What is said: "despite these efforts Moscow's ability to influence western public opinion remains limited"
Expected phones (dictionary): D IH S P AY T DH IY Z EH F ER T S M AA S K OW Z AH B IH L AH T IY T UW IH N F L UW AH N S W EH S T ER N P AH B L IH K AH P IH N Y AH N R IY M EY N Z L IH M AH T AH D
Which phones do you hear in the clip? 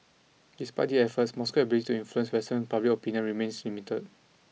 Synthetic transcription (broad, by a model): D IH S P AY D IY EH F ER T S M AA S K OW AH B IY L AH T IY T UW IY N F L UW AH N S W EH S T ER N P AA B L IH K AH P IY N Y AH N R IY M EY N S L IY M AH T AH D